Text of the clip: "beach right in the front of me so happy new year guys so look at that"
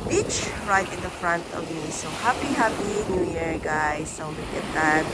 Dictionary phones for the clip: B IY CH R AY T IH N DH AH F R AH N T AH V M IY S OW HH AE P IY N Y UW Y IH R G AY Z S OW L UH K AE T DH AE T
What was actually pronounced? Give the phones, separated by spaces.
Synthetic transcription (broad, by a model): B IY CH R AY T IH N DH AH F R AH N T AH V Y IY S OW HH AE P IY N Y UW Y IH R G AY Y S OW L UH K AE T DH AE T